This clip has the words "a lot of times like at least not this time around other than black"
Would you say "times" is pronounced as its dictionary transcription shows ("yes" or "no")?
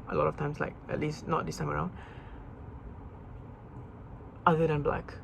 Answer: no